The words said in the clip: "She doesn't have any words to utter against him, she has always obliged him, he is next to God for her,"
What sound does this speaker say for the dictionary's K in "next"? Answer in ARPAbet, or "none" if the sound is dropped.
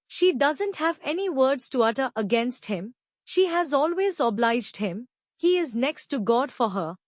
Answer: K